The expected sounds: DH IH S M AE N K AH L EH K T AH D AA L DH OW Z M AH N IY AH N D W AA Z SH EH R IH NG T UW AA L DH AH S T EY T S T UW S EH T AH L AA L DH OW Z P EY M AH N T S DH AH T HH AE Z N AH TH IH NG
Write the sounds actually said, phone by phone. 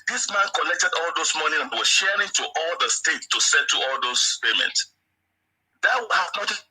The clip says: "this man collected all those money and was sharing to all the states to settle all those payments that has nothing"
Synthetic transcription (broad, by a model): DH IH S M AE N K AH N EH K T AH D AA L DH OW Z M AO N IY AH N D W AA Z SH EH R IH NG T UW AA L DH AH S T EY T T UW S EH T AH AA L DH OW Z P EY M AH N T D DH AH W HH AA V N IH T